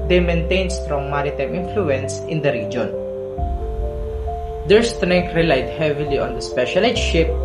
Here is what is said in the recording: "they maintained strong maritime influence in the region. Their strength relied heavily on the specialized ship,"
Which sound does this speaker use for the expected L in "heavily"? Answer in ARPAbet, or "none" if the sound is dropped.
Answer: L